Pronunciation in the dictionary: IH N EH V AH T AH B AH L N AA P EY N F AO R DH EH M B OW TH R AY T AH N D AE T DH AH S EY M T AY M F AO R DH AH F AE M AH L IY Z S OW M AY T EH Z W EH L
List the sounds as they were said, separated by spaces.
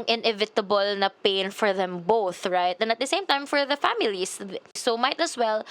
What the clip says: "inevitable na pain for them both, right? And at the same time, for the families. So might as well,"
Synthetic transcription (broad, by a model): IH N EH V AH T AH B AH L N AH P EY N F AO R DH EH M B OW TH R AY T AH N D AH T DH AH S EY M T AY M F AO R DH AH F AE M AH L IY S S OW M AY T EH S W EH L